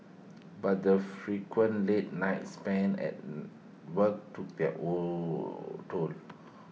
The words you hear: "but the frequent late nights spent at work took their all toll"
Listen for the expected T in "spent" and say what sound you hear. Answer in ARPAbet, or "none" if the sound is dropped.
none